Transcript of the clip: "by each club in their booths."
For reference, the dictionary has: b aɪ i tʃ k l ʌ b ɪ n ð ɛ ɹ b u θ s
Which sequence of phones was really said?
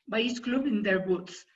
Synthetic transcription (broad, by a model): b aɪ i s k l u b ɪ n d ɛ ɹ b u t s